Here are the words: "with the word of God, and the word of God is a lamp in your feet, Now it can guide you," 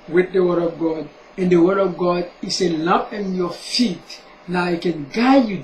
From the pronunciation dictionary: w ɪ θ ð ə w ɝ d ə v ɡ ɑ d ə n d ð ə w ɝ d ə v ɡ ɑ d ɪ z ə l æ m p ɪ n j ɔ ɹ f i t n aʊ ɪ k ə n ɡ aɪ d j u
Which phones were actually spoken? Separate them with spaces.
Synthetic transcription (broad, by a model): w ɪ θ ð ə w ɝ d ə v ɡ ɑ d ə n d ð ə w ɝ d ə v ɡ ɑ d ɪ s ə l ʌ p ɪ n j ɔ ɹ f i t n aʊ ɪ k ə n ɡ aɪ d j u